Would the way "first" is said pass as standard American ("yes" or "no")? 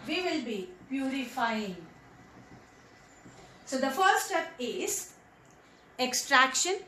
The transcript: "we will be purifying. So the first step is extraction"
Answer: no